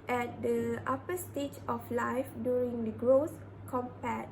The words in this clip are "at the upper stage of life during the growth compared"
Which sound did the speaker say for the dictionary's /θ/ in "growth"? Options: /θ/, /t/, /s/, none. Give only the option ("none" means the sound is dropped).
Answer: /s/